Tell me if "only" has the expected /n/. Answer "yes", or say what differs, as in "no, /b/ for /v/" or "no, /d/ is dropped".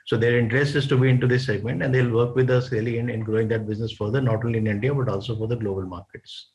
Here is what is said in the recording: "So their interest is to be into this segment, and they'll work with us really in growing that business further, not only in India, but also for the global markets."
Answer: yes